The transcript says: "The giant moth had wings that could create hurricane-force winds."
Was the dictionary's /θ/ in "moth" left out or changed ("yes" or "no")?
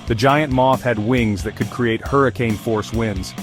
no